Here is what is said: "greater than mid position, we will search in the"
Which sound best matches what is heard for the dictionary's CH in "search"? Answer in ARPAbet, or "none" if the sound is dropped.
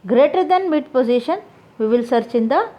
CH